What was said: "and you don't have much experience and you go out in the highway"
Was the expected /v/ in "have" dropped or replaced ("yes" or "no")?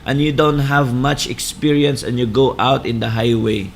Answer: no